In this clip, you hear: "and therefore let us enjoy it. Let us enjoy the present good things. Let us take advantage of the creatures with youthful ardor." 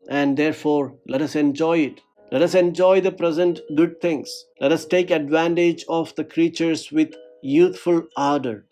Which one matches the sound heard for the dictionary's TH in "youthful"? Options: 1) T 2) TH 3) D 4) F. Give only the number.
1